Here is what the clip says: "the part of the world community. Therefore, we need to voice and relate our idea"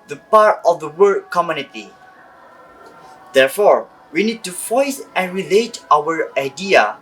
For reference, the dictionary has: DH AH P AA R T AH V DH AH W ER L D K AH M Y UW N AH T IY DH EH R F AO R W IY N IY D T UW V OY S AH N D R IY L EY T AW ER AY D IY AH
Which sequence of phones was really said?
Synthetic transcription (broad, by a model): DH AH P AA R T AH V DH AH W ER D K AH M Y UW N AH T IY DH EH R F AO R W IY N IY D T UW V OY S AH N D R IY L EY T AW ER AY D IY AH